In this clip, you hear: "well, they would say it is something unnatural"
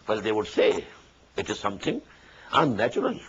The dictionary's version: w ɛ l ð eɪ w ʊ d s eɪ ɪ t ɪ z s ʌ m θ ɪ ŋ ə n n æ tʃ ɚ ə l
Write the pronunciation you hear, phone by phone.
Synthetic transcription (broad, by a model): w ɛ l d eɪ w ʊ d s eɪ ɪ t ɪ z s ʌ m t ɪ ŋ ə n n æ tʃ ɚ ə l